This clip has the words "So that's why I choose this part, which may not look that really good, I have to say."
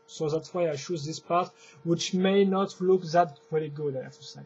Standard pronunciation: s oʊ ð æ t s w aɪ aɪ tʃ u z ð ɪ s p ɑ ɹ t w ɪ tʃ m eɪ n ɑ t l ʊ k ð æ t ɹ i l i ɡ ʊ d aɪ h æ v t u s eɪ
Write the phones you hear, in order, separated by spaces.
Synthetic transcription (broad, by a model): s oʊ ð æ t s w aɪ aɪ ʃ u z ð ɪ s p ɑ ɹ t w ɪ tʃ m eɪ n ɑ t l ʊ k ð æ t ɹ i l i ɡ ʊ d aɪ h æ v t u s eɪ